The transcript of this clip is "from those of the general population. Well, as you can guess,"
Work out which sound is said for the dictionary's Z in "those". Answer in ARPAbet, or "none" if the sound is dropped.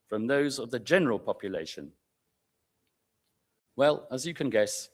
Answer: Z